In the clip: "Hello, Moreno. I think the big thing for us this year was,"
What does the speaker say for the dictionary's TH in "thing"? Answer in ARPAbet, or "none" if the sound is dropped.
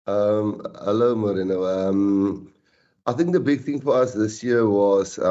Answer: TH